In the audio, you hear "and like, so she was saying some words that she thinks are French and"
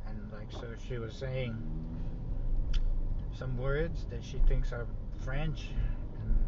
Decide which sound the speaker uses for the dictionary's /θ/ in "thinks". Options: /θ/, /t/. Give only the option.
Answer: /θ/